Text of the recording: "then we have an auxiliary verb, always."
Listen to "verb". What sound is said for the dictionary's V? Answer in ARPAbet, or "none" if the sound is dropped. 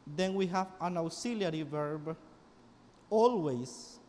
V